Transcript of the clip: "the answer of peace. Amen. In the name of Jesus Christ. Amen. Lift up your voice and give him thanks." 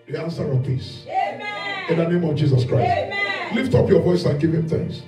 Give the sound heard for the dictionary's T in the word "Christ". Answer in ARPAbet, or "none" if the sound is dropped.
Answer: T